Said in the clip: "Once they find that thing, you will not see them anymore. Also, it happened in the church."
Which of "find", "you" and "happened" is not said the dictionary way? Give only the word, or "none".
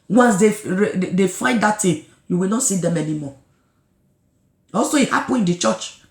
happened